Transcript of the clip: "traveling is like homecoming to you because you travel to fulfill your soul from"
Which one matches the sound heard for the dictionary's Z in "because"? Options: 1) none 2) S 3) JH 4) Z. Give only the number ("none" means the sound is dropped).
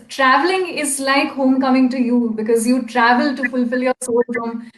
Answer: 4